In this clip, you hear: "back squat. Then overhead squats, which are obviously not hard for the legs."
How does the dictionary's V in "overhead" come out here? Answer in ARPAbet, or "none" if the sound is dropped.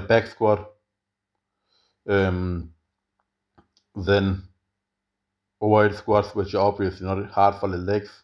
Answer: none